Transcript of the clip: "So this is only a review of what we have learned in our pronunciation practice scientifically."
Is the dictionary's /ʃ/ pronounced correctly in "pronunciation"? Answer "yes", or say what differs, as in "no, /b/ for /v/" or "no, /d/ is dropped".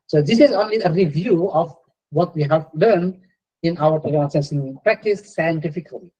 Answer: no, /s/ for /ʃ/